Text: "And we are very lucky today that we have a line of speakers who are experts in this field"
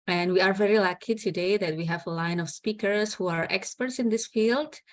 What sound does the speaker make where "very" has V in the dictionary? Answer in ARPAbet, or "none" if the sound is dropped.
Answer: V